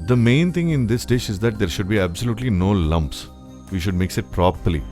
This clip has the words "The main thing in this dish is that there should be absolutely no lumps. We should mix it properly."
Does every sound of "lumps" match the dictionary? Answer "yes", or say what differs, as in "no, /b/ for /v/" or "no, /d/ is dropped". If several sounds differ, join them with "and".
yes